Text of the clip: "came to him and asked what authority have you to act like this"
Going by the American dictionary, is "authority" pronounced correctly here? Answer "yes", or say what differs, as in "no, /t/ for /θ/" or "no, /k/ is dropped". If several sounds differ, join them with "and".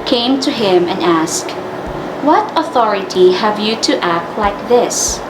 yes